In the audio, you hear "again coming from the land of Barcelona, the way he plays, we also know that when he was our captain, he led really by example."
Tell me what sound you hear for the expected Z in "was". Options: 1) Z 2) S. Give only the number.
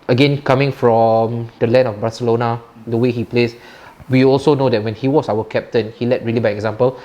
2